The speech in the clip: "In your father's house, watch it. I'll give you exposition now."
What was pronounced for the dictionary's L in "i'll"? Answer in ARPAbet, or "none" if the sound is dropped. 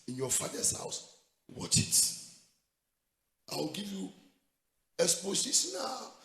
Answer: W